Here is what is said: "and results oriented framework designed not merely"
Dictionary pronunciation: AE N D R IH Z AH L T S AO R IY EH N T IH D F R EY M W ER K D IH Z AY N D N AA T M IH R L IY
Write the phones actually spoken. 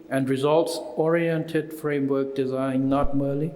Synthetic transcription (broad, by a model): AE N D R IH Z AH L T S AO R IY EH N T IH D F R EY M W ER K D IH Z AY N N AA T M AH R L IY